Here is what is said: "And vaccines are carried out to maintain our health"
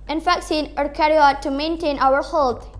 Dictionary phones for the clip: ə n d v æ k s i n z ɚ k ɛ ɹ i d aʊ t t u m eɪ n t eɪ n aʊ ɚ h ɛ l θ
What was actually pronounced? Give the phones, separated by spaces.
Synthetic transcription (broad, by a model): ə n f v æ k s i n ɚ k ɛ ɹ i aʊ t t u m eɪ n t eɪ n aʊ ɚ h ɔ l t